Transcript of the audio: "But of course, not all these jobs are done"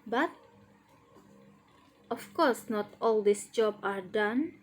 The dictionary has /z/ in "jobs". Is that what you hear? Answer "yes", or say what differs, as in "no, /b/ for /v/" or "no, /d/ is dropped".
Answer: no, /z/ is dropped